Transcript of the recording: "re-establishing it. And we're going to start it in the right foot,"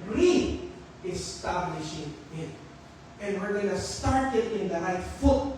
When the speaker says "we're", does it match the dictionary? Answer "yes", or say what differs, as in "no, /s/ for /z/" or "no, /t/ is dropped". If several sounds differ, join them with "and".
yes